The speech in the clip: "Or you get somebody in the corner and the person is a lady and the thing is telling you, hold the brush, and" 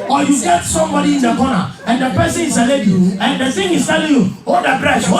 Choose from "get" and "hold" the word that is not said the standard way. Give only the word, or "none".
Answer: hold